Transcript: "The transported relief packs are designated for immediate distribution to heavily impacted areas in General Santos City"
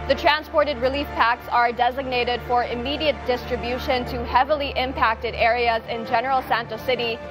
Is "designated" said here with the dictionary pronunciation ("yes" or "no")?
yes